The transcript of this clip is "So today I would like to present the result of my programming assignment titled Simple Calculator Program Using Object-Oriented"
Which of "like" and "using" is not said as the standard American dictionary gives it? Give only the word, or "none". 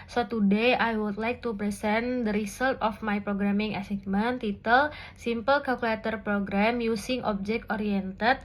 using